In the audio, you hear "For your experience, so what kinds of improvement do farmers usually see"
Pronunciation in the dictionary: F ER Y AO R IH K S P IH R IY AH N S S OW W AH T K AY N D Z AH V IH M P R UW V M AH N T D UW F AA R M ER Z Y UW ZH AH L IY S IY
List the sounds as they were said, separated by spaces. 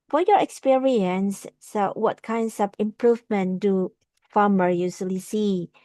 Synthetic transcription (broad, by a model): F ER Y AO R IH K S P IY R IY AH N S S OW W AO T K AY N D S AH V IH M P R UW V M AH N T D UW F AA M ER Y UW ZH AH L IY S IY